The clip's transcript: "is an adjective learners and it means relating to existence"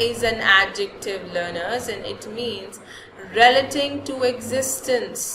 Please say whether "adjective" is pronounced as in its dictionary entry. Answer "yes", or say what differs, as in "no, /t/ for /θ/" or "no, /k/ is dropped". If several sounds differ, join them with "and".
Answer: yes